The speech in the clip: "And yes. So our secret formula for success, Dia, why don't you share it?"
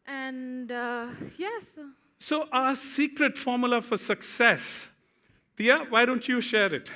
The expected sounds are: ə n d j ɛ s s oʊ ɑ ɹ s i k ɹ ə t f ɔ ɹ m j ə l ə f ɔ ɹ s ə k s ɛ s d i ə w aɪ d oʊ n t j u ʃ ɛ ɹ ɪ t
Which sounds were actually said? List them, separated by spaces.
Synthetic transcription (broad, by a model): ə n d j ɛ s s oʊ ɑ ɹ s i k ɹ ə t f ɔ ɹ m j ə l ə f ɔ ɹ s ə k s ɛ s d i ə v aɪ d oʊ n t j u ʃ ɛ ɹ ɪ t